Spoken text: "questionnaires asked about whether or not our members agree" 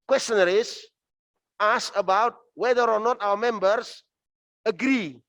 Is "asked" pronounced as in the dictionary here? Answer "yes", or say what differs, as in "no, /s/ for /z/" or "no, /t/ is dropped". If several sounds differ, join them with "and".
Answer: no, /t/ is dropped